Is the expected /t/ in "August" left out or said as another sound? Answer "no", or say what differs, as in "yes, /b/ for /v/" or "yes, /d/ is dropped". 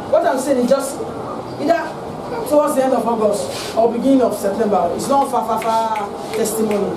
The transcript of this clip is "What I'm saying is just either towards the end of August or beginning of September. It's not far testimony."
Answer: yes, /t/ is dropped